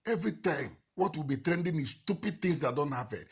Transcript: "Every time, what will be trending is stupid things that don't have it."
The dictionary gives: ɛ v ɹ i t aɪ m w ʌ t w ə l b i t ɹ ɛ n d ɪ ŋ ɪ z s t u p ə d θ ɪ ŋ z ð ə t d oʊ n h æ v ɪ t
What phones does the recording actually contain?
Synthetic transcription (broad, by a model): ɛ v ɹ i t aɪ m w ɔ t w ə l b i t ɹ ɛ n d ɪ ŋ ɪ s t u p ə d t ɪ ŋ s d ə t d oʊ n h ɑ p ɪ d